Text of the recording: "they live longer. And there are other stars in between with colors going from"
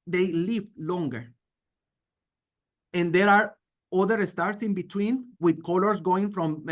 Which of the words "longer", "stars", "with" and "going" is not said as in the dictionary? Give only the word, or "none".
stars